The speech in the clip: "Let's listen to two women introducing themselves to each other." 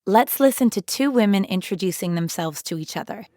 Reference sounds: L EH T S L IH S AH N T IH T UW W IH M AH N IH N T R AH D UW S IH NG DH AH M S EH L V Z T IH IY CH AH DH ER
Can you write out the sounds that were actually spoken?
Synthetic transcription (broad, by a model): L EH T S L IH S AH N T IH T UW W IH M AH N IH N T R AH D UW S IH NG DH AH M S EH L V Z T IH IY CH AH DH ER